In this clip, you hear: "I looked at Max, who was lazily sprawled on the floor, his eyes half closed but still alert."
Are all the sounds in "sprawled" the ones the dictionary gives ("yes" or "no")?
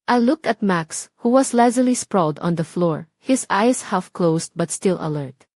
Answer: yes